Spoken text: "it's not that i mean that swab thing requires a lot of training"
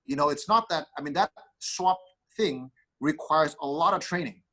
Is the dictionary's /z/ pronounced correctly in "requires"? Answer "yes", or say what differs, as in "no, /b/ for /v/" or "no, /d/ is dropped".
yes